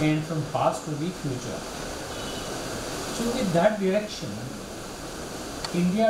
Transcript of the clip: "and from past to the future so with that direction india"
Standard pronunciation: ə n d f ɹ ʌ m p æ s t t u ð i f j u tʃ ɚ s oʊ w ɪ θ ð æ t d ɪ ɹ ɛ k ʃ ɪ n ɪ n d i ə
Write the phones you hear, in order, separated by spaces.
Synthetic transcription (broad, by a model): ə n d f ɹ ʌ m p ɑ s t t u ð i f j u tʃ ɚ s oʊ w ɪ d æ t d ɪ ɹ ɛ k ʃ ɪ n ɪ n d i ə